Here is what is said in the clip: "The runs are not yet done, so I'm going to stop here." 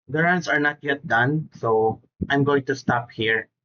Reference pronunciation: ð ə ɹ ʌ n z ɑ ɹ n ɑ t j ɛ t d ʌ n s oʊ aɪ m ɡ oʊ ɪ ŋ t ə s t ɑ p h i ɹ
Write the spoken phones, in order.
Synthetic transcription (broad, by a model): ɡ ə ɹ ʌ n s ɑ ɹ n ɑ t j ɛ t d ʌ n s oʊ aɪ m ɡ oʊ ɪ ŋ t ə s t ɑ p h i ɹ